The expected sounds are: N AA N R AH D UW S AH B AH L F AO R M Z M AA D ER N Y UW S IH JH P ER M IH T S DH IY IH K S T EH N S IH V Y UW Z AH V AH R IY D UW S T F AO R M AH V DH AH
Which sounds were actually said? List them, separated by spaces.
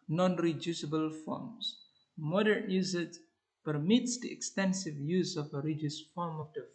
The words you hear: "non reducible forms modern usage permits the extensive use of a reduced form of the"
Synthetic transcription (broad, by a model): N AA N R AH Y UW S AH B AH L F AO R M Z M AA D ER N Y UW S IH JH P ER M IH T S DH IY IH K S T EH N S IH V Y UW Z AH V AH R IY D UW S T F AO R M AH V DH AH